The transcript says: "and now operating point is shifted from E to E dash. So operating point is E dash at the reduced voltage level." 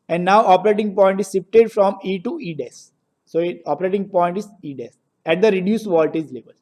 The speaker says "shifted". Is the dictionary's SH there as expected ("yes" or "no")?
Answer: no